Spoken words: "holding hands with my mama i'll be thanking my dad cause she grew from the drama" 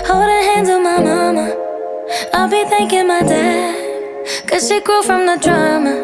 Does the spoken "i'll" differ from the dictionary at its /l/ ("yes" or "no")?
no